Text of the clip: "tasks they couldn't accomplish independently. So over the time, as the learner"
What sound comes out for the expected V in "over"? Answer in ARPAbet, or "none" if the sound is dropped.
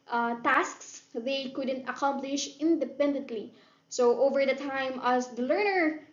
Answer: V